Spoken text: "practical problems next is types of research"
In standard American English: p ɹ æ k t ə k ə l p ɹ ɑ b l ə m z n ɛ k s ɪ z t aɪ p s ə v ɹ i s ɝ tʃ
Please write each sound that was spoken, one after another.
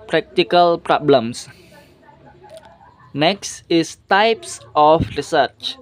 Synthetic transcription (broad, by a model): p ɹ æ k t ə k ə l p ɹ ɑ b l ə m s n ɛ k s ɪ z t aɪ p s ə f ɹ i s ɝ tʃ